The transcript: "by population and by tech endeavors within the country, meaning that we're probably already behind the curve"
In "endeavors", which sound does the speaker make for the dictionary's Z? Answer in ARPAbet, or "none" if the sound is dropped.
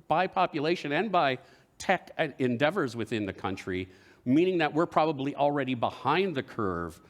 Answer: Z